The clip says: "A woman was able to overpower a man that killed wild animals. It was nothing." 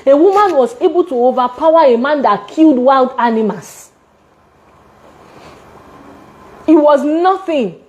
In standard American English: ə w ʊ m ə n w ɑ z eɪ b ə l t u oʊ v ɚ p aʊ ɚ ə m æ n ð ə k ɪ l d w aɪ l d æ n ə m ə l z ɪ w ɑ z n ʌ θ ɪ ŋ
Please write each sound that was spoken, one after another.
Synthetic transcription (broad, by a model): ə w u m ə n w ɑ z eɪ b ə l t u oʊ v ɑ p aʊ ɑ ə m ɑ n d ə k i l d w aɪ l d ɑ n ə m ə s ɪ w ɑ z n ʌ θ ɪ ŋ